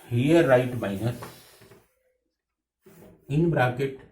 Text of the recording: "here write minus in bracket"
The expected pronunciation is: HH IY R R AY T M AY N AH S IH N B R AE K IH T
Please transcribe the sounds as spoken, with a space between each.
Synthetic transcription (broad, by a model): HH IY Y R AY T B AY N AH IH N B R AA K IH T